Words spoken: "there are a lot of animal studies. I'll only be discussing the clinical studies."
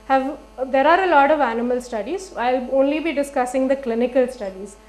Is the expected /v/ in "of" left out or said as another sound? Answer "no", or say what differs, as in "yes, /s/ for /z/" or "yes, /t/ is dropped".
no